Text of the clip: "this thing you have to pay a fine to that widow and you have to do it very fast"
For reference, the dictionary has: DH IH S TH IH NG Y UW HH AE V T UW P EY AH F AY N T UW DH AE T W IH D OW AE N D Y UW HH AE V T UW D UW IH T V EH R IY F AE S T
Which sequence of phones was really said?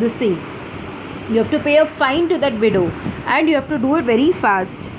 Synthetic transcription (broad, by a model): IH S T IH NG Y UW HH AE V T UW P EY AH F AY N T UW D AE T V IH D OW AE N D Y UW HH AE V T UW D UW IH T V EH R IY F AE S T